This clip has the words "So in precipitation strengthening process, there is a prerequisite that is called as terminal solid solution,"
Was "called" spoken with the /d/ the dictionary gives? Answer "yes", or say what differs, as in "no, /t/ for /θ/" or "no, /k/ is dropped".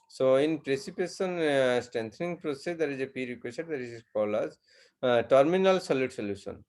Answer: no, /d/ is dropped